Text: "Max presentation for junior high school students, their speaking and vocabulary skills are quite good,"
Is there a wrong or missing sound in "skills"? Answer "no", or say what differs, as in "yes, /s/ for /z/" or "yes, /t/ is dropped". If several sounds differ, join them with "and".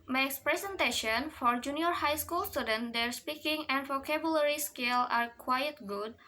yes, /z/ is dropped